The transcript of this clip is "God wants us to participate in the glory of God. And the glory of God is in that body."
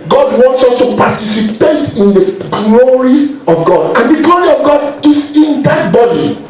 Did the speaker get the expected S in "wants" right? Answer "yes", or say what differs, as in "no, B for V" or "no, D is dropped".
yes